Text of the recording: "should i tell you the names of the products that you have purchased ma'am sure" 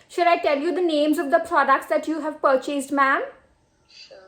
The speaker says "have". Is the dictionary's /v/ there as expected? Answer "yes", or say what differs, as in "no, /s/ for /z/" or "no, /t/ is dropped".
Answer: yes